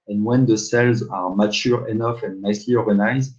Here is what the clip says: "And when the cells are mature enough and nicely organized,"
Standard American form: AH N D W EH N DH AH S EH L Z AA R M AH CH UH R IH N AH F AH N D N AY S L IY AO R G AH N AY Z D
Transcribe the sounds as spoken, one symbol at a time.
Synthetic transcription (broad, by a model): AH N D W EH N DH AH S EH L Z AA R M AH CH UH R IH N AH F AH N N AY S L IY AO R G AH N AY Z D